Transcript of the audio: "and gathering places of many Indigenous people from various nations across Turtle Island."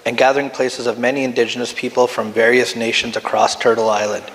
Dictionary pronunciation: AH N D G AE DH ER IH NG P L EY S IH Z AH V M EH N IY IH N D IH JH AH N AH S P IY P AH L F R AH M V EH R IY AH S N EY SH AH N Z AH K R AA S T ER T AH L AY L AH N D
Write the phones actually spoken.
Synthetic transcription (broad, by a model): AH N G AE DH ER IH NG P L EY S IH Z AH V M EH N IY IH N D IH JH AH N AH S P IY P L F R AH M V EH R IY AH S N EY SH AH N Z AH K R AA S T ER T L AY L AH N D